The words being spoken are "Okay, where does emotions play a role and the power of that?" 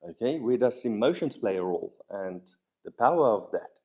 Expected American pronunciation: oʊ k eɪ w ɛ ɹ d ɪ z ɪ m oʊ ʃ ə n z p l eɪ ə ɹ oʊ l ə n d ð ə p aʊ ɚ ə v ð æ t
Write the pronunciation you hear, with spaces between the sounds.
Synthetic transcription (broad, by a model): oʊ k eɪ w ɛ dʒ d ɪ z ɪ m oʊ ʃ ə n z p l eɪ ə ɹ oʊ l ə n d ð ə p aʊ ɚ ə v ð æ t